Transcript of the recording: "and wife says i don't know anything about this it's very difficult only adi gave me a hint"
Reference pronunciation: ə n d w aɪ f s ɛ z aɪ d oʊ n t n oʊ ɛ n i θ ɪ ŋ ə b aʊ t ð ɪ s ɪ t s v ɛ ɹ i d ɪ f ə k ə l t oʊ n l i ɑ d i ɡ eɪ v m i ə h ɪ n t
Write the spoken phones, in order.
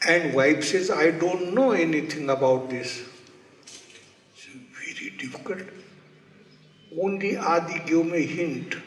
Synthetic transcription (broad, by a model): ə n d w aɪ p s ɛ z aɪ d oʊ n t n oʊ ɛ n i t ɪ ŋ ə b aʊ t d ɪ s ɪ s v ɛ ɹ i d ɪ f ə k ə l t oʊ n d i ɑ d i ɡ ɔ m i ə h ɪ n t